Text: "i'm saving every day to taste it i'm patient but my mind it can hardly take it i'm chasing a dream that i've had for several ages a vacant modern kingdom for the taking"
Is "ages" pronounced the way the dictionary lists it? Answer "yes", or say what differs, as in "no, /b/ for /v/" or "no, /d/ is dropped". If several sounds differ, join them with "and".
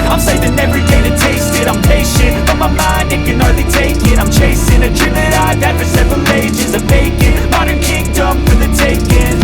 yes